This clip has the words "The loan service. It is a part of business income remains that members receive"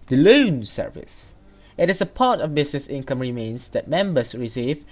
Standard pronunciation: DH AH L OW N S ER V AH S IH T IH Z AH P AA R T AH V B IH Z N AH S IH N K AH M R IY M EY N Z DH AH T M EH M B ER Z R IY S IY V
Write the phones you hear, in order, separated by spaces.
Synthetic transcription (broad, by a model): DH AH L OW N S ER V AH S IH T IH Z AH P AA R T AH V B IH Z N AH S IH N K AH M R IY M EY N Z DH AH T M EH M B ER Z R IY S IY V